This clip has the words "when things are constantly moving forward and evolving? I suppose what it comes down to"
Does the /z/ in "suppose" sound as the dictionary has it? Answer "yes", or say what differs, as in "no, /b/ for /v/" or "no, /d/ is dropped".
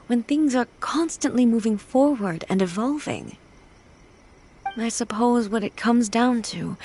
yes